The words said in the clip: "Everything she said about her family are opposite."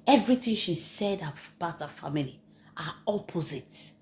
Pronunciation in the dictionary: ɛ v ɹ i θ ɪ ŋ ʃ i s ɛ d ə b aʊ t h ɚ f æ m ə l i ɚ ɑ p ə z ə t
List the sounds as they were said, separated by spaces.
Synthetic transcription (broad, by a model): ɛ v ɹ i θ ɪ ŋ ʃ i s ɛ d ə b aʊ t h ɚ f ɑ m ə l i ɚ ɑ p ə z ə t